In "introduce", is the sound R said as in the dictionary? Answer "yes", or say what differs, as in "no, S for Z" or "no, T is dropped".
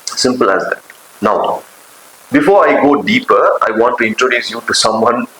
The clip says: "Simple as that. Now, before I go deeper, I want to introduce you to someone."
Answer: yes